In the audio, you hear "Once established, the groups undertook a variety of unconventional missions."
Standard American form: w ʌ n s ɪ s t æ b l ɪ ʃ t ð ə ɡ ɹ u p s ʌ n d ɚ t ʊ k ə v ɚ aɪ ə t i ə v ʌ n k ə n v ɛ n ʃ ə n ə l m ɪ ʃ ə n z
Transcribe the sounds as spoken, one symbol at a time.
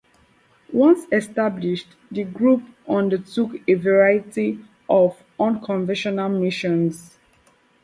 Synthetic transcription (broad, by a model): w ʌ n s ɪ s t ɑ b l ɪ ʃ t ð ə ɡ ɹ u p ʌ n d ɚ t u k ə v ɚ aɪ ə t i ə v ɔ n k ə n v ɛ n ʃ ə n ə l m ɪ ʃ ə n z